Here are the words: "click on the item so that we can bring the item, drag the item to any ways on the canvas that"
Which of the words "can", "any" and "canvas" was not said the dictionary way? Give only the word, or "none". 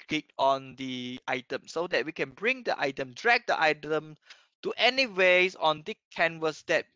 canvas